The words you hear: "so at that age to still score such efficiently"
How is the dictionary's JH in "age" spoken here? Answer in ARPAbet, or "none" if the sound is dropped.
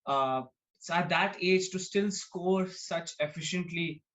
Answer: JH